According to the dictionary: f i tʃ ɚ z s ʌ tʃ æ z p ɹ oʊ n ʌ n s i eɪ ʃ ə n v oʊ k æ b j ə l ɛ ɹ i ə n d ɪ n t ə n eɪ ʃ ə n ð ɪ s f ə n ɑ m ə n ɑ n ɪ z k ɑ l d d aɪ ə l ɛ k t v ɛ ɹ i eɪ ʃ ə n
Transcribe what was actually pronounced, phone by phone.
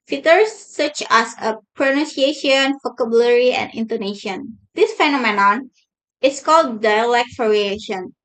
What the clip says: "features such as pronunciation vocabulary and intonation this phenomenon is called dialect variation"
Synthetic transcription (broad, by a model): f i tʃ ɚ s ʌ tʃ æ s p ɹ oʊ n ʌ n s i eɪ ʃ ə n f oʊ k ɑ b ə l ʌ ɹ i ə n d ɪ n t ə n eɪ ʃ ə n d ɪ s f ə n ɑ m ə n ɑ n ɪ s k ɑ l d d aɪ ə l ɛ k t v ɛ ɹ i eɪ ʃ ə n